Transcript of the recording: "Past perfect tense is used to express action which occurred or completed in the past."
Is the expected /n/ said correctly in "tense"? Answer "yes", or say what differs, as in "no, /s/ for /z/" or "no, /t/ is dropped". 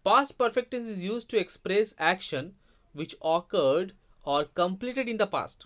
no, /n/ is dropped